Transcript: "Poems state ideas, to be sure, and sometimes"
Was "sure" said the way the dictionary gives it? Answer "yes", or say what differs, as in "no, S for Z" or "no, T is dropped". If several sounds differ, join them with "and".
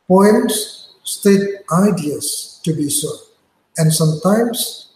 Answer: no, S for SH